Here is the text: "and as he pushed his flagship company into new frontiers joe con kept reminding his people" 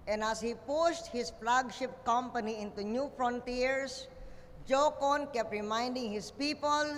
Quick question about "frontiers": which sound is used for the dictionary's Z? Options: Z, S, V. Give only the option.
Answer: S